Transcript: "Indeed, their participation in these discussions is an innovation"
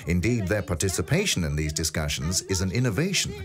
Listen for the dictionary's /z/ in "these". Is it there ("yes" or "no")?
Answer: yes